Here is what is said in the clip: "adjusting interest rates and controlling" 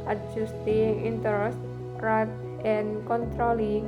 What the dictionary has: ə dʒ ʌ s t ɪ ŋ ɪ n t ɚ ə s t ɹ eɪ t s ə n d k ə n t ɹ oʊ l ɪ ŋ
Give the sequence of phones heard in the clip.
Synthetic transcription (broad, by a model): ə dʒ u s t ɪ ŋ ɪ n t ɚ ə s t ɹ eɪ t ə n k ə n t ɹ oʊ l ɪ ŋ